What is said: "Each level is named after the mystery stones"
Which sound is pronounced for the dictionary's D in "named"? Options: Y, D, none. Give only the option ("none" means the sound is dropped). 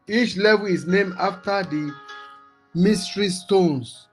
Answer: none